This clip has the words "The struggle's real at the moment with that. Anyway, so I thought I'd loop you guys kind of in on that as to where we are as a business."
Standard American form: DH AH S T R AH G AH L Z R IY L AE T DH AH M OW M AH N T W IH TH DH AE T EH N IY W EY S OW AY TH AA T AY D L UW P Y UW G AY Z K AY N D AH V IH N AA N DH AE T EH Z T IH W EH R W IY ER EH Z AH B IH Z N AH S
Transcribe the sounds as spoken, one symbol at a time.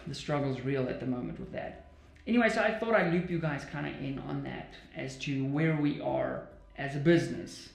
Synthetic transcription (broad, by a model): DH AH S T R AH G L Z R IY L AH T DH AH M OW M AH N T W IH DH AE T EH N IY W EY S OW AY TH AA T AY L UW P Y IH G AY Z K AY N D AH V IH N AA N DH AE T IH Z T IH W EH R W IY ER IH Z AH B IH Z N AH S